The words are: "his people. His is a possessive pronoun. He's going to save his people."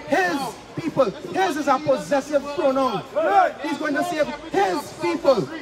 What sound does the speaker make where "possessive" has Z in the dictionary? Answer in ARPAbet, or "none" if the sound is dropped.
Z